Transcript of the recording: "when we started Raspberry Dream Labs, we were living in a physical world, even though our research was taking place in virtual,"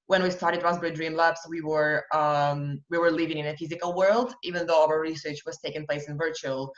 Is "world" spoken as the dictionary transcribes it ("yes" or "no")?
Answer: yes